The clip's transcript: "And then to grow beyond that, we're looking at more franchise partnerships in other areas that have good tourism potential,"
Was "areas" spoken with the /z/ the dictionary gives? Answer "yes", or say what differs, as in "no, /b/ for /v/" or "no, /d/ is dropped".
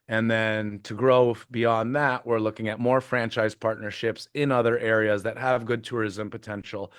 yes